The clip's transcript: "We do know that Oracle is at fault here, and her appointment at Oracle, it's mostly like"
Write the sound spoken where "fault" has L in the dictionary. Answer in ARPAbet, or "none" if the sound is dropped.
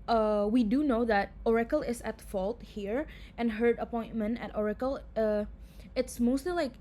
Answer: L